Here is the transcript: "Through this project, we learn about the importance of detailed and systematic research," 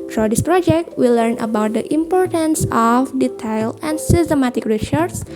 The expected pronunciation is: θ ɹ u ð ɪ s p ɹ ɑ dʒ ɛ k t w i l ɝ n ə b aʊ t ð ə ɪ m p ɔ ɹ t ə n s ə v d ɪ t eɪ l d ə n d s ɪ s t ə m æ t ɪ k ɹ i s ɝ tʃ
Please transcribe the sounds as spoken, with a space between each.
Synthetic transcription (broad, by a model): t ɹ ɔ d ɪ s p ɹ ɑ dʒ ɛ k t w i l ɝ n ə b aʊ t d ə ɪ m p ɔ ɹ t ə n s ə f d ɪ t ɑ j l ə n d s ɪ s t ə m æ t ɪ k ɹ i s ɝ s